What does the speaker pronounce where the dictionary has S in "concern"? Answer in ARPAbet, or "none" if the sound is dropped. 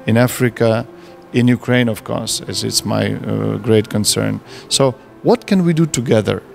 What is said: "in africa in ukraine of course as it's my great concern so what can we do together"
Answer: S